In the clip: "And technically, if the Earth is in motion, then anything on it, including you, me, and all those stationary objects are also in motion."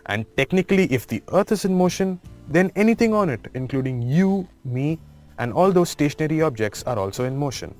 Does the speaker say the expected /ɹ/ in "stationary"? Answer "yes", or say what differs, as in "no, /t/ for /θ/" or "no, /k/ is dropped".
yes